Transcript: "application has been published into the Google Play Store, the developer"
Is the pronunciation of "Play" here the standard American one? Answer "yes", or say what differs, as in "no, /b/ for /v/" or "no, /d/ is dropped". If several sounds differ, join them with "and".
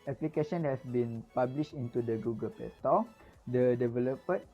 no, /l/ is dropped